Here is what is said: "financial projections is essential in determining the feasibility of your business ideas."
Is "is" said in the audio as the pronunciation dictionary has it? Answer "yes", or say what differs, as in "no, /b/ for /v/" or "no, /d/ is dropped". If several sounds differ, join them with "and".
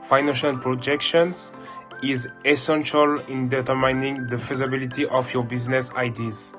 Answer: yes